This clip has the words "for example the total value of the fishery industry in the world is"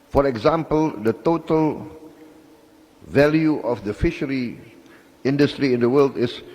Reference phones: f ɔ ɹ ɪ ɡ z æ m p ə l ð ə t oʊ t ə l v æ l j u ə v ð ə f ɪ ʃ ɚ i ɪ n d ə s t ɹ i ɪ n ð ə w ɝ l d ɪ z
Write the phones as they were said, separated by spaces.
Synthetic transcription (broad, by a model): f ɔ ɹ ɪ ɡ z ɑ m p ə l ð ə t oʊ t ə l v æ l j u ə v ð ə f ɪ ʃ ɚ i ɪ n d ə s t ɹ i ɪ n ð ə w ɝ l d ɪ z